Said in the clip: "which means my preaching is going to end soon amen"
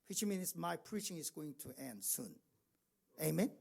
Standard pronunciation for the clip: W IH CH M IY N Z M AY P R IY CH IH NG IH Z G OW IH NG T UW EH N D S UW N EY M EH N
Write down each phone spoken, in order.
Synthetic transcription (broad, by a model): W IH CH M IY N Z M AY P R IY CH IH NG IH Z G OW IH NG T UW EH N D S UW N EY M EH N